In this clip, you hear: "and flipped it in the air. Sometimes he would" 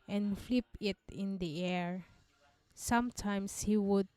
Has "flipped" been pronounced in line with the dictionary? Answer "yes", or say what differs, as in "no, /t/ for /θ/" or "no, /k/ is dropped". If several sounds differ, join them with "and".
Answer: no, /t/ is dropped